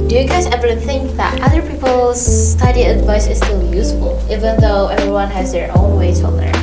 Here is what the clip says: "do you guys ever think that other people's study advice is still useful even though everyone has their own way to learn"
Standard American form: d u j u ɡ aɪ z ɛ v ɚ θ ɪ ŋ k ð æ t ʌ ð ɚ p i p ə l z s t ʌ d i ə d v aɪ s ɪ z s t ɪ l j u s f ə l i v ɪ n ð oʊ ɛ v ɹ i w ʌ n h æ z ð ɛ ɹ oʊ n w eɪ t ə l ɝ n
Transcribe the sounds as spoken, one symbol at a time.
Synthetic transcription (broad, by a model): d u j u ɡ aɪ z ɛ v ɚ θ ɪ ŋ k ð æ t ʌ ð ɚ p i p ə l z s t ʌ d i ə d v aɪ s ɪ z s t ɪ l j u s f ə l i v ɪ n ð oʊ ɛ v ɹ i w ʌ n h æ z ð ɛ ɹ oʊ n w eɪ t ə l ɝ